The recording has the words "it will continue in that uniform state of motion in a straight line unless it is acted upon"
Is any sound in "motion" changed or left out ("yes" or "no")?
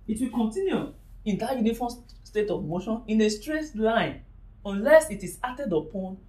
no